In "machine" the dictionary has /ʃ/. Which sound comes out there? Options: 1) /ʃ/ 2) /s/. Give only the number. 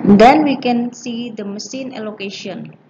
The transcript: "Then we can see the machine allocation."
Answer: 2